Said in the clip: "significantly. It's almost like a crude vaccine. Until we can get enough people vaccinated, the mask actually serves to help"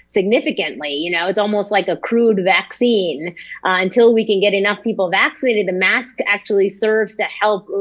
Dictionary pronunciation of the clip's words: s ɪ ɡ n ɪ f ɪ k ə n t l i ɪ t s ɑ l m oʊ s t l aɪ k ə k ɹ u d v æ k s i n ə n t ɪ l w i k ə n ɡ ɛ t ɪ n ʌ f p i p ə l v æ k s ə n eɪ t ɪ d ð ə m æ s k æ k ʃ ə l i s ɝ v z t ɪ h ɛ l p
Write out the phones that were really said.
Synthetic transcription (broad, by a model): s ɪ ɡ n ɪ f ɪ k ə n t l i ɪ t s ɑ l m oʊ s t l aɪ k ə k ɹ u d v æ k s i n ə n t ɪ l w i k ə n ɡ ɛ t ɪ n ʌ f p i p l v æ k s ə n eɪ t ɪ d ð ə m æ s k æ k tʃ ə l i s ɝ v z t ɪ h ɛ l p